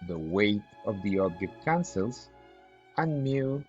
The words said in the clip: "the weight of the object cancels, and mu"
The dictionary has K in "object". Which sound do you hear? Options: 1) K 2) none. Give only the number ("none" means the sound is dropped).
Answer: 2